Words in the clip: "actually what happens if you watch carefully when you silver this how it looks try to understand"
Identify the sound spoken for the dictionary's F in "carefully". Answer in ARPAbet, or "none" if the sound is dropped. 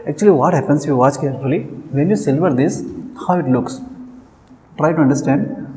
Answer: none